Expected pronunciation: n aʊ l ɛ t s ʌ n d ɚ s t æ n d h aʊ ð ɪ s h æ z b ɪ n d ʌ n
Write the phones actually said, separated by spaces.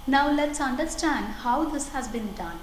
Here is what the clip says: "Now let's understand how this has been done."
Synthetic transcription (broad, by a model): n aʊ l ɛ t s ʌ n d ɚ s t æ n d h aʊ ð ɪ s h æ z b ɪ n d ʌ n